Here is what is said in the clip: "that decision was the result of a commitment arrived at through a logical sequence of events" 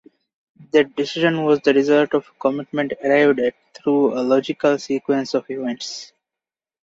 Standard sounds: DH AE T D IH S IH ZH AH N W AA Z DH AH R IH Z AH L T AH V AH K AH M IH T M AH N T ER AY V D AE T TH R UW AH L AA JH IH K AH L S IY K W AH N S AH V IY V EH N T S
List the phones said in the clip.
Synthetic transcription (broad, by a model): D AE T D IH S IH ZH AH N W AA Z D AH R IH Z AH L T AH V K AH M IH T M AH N T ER AY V D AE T T R UW AH L AA JH IH K AH L S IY K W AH N S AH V IY V EH N T S